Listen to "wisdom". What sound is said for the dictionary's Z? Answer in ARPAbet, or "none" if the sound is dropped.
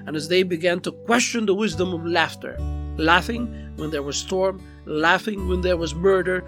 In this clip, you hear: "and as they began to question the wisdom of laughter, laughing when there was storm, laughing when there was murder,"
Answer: Z